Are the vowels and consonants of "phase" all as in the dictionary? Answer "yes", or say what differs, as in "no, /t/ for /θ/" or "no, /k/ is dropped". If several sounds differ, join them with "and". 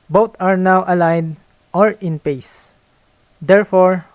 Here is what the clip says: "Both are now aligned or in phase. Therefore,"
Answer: no, /p/ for /f/